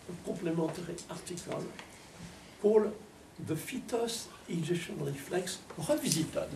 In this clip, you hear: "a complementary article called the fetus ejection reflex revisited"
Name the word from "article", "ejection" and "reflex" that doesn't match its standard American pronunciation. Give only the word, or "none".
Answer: ejection